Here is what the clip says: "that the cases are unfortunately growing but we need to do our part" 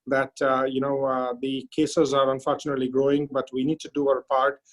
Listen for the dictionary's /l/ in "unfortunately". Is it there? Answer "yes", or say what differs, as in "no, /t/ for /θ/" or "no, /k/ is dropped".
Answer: yes